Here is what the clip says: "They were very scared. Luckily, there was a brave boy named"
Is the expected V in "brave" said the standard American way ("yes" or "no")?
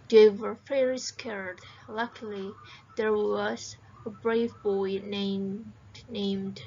yes